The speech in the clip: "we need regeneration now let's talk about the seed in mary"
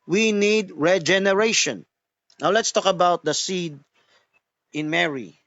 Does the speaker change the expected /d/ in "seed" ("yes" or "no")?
no